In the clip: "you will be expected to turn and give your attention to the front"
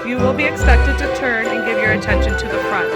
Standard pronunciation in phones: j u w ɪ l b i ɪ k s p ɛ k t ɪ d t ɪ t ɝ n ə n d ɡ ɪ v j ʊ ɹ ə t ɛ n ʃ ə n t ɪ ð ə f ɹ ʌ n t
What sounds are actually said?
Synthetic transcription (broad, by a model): j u w ɪ l b i ɪ k s p ɛ k t ɪ d t ɪ t ɝ n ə n ɡ ɪ v j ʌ ɹ ə t ɛ n ʃ ə n t ɪ ð ə f ɹ ʌ n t